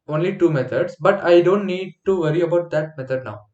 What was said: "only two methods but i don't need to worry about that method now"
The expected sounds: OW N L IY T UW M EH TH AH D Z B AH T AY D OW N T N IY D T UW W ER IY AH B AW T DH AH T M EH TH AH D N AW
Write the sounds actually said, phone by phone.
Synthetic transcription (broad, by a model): OW N L IY T UW M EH T AH D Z B AH T AY D OW N T N IY D T UW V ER IY AH B AW T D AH T M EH T AH D N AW